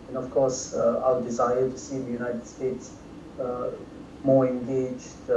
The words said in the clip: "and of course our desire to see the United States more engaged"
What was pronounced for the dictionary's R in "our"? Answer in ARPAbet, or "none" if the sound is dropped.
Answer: L